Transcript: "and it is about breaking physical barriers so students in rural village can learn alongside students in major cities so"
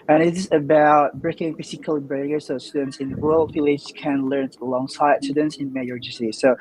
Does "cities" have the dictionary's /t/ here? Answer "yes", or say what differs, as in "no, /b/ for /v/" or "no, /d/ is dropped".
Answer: no, /s/ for /t/